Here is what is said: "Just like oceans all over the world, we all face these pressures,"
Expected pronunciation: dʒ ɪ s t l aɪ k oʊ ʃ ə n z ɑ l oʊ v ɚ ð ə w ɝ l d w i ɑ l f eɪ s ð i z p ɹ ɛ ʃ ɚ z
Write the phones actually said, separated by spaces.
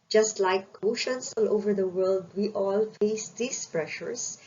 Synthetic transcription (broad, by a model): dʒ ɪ s t l aɪ k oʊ ʃ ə n s ɑ l oʊ v ɚ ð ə w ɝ l d w i ɑ l f eɪ s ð i s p ɹ ɛ ʃ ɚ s